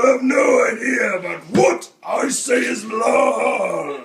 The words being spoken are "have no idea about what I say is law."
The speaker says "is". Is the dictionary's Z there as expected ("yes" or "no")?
yes